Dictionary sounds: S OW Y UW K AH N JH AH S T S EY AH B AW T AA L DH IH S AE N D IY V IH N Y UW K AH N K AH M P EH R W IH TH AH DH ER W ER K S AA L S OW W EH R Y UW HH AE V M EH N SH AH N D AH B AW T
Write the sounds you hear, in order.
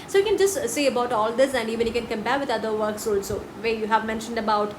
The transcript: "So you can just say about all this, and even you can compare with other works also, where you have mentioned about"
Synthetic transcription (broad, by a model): S OW Y UW K AH N JH AH S T S EY AH B AW T AA L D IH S AE N D IY V IH N Y UW K AH N K AH M P EH R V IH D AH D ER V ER K S AA L S OW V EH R Y UW HH AE V M EH N SH AH N D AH B AW T